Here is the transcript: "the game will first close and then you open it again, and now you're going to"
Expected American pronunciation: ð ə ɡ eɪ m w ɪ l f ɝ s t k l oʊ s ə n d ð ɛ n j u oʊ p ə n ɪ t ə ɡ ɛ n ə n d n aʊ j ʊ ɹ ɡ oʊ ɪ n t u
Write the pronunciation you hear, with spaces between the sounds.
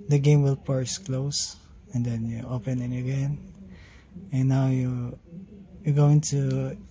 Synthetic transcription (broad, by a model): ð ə ɡ eɪ m w ɪ l p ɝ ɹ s k l oʊ s ə n d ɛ n j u oʊ p ə n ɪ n ə ɡ ɛ n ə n n aʊ j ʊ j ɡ oʊ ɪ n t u